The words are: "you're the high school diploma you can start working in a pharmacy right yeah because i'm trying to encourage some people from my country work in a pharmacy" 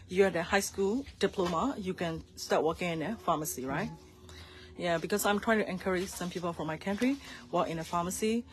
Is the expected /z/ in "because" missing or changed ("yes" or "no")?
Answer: yes